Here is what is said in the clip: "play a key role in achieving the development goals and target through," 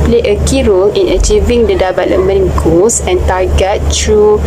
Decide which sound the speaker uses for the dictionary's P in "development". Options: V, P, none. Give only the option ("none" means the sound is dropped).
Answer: none